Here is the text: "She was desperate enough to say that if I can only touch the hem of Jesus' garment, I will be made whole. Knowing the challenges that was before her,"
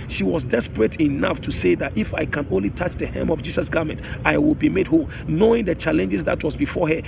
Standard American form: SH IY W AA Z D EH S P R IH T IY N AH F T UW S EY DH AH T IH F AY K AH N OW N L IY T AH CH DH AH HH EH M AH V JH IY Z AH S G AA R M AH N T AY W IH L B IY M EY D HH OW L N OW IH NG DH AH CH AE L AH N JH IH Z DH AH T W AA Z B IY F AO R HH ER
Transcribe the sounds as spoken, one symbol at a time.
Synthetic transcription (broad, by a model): SH IY W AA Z D EH S P R IH T IY N AH F T UW S EY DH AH T IH F AY K AH N OW N L IY T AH CH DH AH HH EH M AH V JH IY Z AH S G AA M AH N T AY W IH L B IY M EY D HH OW L N OW IH NG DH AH CH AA L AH N JH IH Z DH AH T W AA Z B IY F AO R HH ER